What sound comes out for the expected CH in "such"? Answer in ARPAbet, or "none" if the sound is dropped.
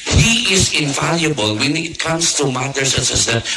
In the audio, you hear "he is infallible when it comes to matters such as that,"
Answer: S